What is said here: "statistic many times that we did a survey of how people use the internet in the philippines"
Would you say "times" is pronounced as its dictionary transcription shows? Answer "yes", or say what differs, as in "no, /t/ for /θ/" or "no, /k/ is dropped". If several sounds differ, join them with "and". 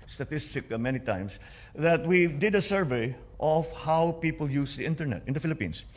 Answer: no, /s/ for /z/